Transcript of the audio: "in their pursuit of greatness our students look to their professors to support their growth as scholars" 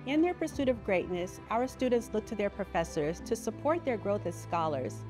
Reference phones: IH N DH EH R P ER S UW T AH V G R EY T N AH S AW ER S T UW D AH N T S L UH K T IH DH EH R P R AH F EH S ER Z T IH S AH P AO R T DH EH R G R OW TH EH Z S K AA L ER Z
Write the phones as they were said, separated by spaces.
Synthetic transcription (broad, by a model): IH N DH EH R P ER S UW T AH V G R EY T N AH S AW ER S T UW D N T S L UH K T IH DH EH R P R AH F EH S ER Z T IH S AH P AO R T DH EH R G R OW TH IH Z S K AA L ER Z